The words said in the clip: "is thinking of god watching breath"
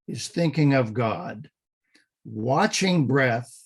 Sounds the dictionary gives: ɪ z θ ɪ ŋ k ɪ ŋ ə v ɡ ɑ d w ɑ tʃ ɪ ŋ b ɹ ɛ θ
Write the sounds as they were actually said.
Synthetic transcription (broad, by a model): ɪ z θ ɪ ŋ k ɪ ŋ ə v ɡ ɑ d w ɑ tʃ ɪ ŋ b ɹ ɛ θ